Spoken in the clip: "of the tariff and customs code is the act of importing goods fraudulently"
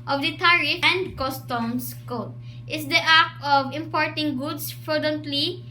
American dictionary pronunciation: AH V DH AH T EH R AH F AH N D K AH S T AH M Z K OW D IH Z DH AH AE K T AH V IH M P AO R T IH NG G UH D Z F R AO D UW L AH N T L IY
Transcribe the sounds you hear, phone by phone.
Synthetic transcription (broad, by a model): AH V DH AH T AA R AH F AH N D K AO S T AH M S K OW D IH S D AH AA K AH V IH M P AO R T IH NG G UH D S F R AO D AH N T L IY